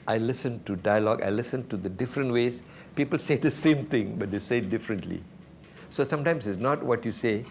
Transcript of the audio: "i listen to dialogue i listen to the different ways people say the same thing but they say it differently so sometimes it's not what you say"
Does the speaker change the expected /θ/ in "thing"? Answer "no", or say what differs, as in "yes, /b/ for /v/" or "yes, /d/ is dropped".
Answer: yes, /t/ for /θ/